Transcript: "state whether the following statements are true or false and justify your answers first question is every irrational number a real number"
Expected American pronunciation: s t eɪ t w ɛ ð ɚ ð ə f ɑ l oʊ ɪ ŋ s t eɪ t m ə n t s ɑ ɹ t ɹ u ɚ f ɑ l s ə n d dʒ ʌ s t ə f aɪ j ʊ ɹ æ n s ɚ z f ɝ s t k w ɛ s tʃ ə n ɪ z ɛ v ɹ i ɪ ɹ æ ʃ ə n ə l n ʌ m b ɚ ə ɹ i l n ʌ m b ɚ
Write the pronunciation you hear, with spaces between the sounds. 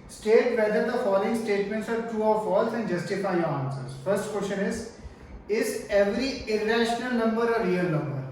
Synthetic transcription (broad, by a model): s t eɪ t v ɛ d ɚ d ə f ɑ l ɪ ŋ s t eɪ t m ə n t s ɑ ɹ t u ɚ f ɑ l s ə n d dʒ ʌ s t ə f aɪ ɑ n s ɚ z f ɝ s t k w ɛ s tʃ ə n ɪ z ɛ v ɹ i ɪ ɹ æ ʃ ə n ə l n ʌ m b ɚ ə ɹ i l n ʌ m b ɚ